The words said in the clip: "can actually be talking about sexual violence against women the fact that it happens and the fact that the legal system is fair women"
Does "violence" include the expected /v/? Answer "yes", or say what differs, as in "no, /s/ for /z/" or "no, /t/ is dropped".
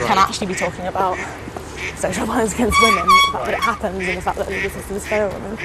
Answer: no, /p/ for /v/